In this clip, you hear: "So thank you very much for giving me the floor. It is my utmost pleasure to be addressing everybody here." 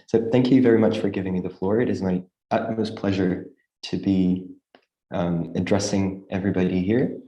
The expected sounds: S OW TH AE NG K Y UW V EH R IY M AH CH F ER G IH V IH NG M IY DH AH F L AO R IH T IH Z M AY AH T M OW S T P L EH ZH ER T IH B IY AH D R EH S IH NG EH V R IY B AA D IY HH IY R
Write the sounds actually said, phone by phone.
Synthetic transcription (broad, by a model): S OW TH AE NG K Y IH V EH R IY M AH CH F ER G IH V IH NG M IY DH AH F L AO R IH T IH Z M AY AH T M OW S P L EH ZH ER T IH B IY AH D R EH S IH NG EH V R IY B AA D IY HH IY R